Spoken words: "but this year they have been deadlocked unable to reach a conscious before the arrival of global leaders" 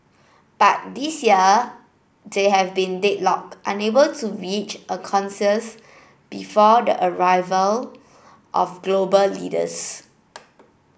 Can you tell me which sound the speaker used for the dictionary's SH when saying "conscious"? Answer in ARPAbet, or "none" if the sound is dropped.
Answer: S